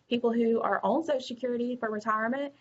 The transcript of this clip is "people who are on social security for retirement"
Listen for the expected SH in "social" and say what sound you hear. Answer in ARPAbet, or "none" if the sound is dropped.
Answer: none